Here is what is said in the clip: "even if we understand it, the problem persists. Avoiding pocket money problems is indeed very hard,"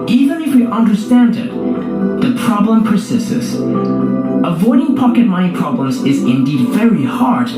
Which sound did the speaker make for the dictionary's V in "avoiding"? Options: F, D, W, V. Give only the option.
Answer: V